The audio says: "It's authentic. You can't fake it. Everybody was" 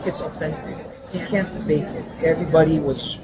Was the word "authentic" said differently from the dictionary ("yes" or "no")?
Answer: yes